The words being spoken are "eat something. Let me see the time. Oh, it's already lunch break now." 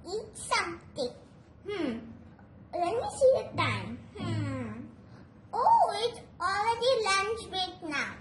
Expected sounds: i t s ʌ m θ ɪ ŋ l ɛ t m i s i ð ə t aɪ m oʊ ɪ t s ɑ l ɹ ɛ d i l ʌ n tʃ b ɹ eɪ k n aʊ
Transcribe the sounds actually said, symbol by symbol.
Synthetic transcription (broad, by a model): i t s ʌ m t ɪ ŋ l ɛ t m i s i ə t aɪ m oʊ ɪ t s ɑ l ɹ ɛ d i l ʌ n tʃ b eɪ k n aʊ